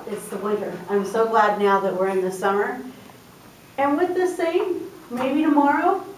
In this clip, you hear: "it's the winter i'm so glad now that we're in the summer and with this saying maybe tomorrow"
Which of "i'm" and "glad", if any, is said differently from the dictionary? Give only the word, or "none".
none